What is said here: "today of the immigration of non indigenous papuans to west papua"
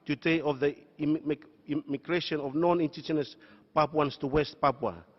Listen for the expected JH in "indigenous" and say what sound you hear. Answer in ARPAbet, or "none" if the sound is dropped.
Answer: CH